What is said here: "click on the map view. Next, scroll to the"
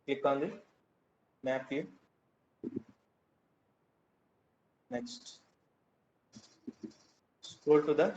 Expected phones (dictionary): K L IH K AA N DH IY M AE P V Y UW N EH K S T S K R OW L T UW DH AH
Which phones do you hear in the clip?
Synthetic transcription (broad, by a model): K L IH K AA N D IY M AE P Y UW N EH K S T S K OW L T UW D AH